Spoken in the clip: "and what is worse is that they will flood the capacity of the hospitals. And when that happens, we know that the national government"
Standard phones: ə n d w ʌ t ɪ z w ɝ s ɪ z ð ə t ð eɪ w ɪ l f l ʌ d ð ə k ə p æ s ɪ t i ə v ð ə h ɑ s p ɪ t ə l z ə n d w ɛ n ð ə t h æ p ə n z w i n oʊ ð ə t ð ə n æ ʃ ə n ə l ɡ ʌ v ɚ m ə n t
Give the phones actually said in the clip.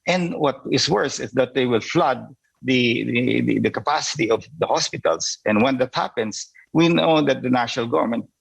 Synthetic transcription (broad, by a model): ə n w ʌ t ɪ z w ɝ s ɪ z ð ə t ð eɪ w ɪ l f l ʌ d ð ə k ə p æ s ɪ t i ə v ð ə h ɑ s p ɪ t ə l s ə n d w ɛ n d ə t h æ p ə n s w i n oʊ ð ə t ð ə n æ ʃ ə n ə l ɡ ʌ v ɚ m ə n t